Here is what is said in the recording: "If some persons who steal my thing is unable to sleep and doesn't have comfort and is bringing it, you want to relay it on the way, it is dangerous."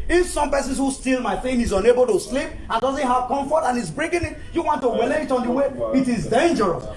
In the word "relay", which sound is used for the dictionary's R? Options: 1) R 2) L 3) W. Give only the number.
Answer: 3